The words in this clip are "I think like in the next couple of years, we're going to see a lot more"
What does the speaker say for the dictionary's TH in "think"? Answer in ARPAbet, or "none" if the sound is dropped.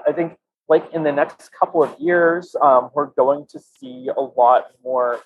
TH